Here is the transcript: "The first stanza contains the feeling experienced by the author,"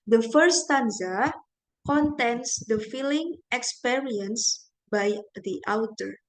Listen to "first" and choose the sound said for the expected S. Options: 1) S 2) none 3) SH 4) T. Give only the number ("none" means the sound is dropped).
2